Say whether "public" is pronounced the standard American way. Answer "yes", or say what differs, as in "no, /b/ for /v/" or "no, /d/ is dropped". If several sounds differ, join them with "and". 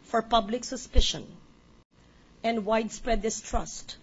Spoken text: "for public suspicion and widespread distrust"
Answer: yes